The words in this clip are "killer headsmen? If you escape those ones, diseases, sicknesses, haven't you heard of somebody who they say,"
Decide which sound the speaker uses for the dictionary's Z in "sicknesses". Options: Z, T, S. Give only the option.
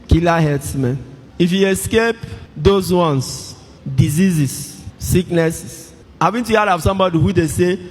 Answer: S